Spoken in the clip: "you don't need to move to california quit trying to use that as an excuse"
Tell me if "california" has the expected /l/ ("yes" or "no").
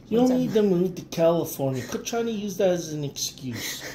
yes